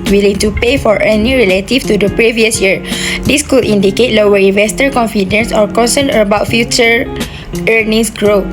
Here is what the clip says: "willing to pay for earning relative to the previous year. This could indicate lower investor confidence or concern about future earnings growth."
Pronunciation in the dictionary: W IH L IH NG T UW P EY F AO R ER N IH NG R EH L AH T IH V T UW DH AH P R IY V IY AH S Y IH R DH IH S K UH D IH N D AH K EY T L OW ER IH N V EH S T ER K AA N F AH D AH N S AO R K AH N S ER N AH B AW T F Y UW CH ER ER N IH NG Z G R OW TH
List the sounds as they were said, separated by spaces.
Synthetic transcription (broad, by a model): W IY L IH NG T UW P EY F AO R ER N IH R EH L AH T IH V T UW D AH P R IY V IY AH S Y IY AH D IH S K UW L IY N D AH K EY T L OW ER IH N V EH S T ER K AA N F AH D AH N S AO R K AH N S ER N AH B AW T F Y UW CH ER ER N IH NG S G R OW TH